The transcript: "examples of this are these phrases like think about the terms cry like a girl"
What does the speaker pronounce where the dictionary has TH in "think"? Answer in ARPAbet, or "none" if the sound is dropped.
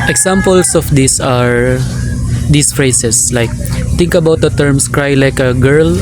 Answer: T